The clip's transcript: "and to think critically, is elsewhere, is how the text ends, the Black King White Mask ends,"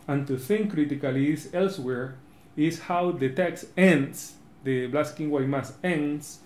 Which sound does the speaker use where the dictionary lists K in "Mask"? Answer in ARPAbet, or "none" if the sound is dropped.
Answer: none